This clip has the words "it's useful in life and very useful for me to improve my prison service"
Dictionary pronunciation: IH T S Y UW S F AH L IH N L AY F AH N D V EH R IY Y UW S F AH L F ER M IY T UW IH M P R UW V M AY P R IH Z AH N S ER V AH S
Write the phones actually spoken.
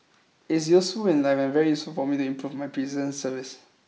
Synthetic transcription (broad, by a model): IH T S Y UW S F AH L IH N L AY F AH N V EH R IY Y UW S F AH L F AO M IY T UW IH M P R UW V M AY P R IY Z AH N S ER V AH S